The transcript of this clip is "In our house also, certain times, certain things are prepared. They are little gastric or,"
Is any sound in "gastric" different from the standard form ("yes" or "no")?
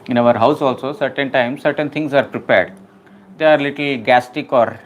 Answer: yes